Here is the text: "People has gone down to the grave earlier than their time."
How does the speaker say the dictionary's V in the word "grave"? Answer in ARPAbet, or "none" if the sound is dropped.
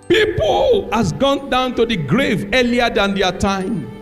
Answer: V